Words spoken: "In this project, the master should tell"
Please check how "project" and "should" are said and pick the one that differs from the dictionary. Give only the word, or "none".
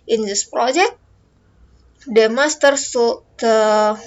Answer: should